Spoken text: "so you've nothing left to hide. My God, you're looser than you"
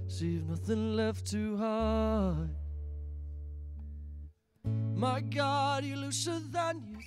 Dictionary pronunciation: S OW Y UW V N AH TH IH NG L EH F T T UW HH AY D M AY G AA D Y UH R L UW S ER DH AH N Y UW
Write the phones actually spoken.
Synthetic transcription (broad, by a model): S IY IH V N AH TH IH NG L EH F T T UW HH AY M AY G AA D Y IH L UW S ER DH AH N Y